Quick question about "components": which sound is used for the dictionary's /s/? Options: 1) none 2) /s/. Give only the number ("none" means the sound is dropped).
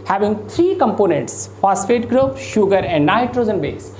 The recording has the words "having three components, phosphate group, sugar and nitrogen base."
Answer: 2